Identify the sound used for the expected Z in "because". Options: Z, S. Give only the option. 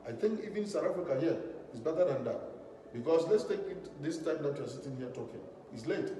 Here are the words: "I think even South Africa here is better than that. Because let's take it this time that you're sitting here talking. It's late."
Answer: S